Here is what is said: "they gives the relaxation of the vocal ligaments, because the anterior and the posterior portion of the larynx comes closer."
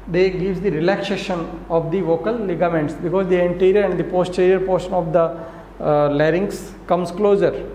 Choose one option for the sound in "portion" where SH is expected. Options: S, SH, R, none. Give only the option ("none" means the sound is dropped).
SH